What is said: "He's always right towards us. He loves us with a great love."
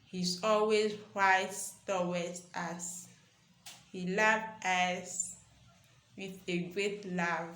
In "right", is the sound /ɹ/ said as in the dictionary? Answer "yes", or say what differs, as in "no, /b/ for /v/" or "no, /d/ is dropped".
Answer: no, /w/ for /ɹ/